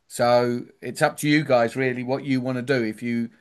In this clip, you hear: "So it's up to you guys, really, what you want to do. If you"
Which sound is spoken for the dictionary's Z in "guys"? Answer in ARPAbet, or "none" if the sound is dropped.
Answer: Z